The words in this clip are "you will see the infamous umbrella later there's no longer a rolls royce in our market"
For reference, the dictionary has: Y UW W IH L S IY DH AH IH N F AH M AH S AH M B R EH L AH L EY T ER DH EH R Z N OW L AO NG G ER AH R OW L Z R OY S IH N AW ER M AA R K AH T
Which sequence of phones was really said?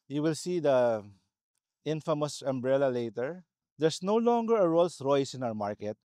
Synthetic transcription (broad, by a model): Y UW W IH L S IY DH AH IH N F AH M AH S AH M B R EH L AH L EY T ER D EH R S N OW L AO NG G ER AH R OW L S R OY S IH N AW ER M AA R K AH T